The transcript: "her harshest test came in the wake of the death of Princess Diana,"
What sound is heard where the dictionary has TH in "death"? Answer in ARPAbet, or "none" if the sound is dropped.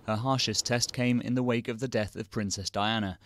TH